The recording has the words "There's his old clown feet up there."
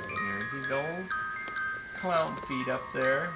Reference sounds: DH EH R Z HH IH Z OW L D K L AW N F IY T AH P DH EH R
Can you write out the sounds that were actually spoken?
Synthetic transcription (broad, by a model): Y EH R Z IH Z OW L D K L AW N F IY T AH P DH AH R